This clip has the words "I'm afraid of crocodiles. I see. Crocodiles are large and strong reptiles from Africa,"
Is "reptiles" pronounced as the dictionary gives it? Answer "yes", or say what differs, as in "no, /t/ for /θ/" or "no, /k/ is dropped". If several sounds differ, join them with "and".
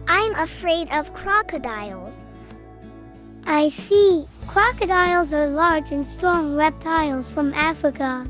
yes